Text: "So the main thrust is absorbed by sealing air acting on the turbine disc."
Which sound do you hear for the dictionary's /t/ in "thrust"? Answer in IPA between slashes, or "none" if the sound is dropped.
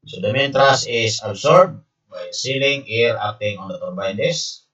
none